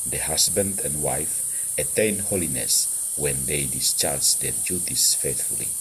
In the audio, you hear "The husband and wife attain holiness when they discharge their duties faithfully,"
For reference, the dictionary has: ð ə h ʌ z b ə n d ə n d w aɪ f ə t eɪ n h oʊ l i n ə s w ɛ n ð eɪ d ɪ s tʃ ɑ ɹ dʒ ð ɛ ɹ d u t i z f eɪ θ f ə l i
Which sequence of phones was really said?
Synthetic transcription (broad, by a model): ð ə h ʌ s b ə n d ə n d w aɪ f ə t eɪ n h oʊ l i n ə s w ɛ n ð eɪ d ɪ s tʃ ɑ ɹ dʒ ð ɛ ɹ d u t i s f eɪ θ f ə l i